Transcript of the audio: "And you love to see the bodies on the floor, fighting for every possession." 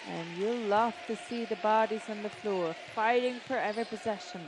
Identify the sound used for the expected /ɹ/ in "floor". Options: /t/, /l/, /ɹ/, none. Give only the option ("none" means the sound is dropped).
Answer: /ɹ/